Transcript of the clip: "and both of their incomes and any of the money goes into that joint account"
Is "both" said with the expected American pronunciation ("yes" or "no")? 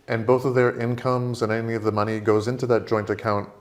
yes